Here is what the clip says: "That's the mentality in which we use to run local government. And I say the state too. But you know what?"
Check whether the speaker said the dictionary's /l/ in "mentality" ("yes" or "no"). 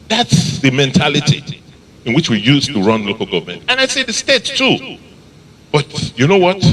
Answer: yes